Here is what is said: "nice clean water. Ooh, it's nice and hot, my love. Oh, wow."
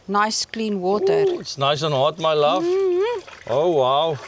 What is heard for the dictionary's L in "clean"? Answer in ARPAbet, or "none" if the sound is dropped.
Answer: L